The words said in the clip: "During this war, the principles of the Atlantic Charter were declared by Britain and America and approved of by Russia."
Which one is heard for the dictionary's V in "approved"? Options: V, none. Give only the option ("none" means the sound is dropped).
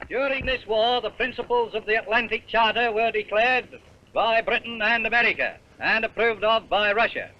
V